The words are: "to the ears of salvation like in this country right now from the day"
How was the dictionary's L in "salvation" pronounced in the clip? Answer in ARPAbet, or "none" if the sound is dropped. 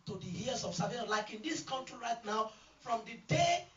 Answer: none